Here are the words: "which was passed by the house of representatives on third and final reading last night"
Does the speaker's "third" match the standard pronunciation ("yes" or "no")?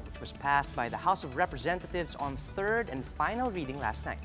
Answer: yes